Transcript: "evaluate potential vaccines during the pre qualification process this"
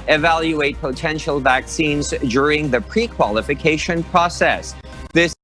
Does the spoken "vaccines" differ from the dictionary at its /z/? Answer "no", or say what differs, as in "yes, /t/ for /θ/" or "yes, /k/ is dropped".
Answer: no